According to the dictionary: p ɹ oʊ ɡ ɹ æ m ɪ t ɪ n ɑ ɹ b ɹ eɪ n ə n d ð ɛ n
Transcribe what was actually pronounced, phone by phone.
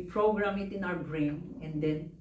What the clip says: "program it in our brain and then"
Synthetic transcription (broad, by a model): p ɹ oʊ ɡ ɹ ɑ m ɪ t ɪ n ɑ w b ɹ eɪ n ə n d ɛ n